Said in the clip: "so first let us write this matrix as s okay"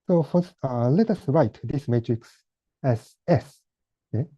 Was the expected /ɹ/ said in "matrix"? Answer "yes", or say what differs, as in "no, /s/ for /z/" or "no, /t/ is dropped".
yes